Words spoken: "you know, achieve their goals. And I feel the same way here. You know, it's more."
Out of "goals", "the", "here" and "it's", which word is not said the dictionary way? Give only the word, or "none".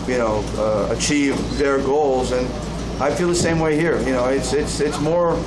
none